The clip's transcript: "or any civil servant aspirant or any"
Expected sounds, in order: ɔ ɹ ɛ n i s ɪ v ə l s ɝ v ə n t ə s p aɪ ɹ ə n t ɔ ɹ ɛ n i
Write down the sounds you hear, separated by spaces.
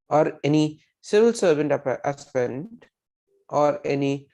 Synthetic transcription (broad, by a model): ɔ ɹ ɛ n i s ɪ v ə l s ɝ v ə n t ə p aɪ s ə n t ɔ ɹ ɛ n i